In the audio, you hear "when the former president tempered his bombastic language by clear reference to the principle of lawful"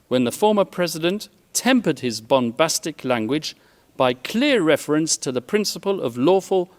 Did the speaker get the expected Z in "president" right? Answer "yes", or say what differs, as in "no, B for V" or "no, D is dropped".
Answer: yes